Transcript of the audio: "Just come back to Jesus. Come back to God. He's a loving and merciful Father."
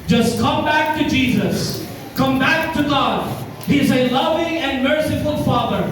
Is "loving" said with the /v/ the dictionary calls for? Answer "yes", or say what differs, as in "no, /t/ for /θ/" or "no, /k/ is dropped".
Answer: yes